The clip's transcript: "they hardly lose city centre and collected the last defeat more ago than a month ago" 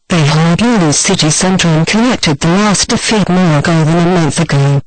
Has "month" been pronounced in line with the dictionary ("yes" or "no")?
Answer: yes